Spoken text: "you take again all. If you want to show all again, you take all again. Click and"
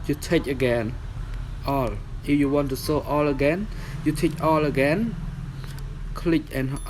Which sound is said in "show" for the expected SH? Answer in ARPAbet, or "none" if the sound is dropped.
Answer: S